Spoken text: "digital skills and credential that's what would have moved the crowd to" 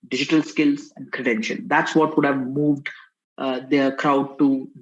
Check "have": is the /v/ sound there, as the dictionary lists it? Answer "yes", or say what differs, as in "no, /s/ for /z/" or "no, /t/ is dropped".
yes